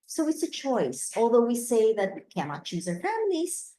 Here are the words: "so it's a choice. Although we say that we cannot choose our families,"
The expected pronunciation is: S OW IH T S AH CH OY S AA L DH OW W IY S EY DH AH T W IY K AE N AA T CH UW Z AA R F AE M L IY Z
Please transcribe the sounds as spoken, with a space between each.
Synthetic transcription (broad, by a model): S OW IH T S AH CH OY S AA L DH OW W IY S EY DH AH T W IY K AE N AA T CH UW Z AA R F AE M L IY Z